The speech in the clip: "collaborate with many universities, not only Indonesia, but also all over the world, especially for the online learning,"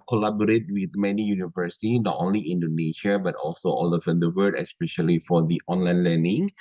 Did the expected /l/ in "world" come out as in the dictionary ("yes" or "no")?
no